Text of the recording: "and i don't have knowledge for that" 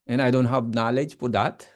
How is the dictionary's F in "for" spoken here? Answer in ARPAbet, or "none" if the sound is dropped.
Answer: P